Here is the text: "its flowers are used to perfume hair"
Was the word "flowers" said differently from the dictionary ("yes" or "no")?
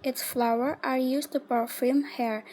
yes